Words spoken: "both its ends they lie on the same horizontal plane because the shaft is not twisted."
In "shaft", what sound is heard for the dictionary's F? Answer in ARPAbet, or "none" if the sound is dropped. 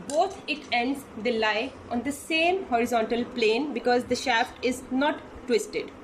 F